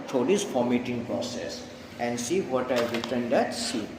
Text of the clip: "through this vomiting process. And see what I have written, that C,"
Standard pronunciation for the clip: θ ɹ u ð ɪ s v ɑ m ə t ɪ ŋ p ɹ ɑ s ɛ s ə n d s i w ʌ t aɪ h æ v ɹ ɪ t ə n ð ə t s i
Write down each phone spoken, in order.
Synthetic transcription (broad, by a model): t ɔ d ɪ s f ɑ m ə t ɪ ŋ p ɹ ɑ s ɛ s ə n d s i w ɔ t aɪ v ɹ ɪ t ə n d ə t s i